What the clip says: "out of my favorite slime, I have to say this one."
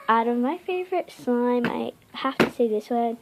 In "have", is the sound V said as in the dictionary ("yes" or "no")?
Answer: no